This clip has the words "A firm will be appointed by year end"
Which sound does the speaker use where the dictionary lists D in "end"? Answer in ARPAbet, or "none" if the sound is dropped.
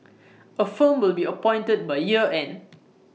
none